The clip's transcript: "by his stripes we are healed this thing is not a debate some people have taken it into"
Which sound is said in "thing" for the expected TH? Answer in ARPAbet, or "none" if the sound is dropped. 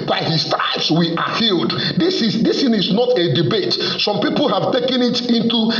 S